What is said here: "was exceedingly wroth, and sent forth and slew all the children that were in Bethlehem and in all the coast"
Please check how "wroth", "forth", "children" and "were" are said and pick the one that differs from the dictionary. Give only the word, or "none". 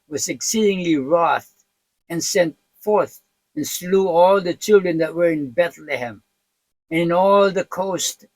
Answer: none